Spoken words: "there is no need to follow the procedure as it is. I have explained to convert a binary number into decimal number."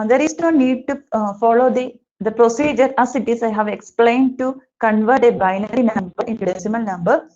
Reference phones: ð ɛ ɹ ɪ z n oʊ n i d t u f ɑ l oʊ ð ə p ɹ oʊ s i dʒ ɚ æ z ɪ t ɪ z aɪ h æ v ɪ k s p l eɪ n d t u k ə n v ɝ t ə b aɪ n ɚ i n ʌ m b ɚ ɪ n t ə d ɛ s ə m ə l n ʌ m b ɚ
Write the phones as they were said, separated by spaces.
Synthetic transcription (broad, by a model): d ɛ ɹ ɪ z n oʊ n i d t u f ɑ l oʊ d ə p ɹ oʊ s i dʒ ɚ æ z ɪ t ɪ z aɪ h æ v ɪ k s p l eɪ n d t u k ə n v ɝ t ə b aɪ n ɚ i n ʌ m b ɚ ɪ n t ə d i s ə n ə l n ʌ m b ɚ